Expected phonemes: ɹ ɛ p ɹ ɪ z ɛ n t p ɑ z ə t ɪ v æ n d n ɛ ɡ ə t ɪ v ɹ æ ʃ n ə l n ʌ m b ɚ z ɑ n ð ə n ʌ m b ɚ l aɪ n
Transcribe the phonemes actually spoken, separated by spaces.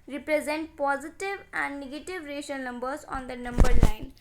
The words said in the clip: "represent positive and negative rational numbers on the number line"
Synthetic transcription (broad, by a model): ɹ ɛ p ɹ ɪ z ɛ n t p ɑ z ə t ɪ v æ n d n ɛ ɡ ə t ɪ v ɹ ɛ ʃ ə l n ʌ m b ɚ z ɑ n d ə n ʌ m b ɚ l aɪ n